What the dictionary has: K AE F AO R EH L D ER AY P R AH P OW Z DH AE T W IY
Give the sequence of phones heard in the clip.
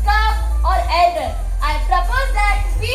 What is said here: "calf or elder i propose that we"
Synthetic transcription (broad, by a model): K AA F AO R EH D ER AY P R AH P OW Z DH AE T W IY